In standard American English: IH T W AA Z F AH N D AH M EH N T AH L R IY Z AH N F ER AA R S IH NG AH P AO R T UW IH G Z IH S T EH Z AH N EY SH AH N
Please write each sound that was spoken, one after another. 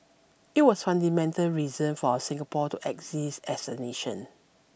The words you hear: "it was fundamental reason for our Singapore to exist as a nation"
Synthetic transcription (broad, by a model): IH T W AA S F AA N D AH M EH N T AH L R IY Z AH N F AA S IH NG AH P AO T UW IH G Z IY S EH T AH N EY SH AH N